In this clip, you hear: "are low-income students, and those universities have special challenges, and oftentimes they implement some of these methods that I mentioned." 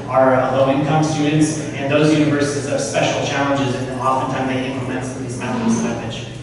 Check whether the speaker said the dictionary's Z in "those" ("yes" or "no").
yes